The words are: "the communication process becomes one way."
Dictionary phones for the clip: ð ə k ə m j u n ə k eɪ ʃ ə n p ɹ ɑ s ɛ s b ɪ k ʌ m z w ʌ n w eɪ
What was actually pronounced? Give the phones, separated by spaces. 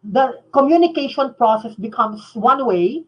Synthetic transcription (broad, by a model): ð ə k ə m j u n ə k eɪ ʃ ə n p ɹ ɑ s ɛ s b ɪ k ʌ m s w ʌ n w eɪ